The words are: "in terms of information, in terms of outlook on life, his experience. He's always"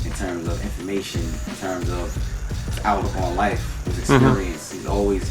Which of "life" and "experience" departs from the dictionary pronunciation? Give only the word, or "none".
none